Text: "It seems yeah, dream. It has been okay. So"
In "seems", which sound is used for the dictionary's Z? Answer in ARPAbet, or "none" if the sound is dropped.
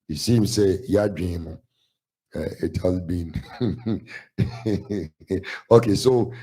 S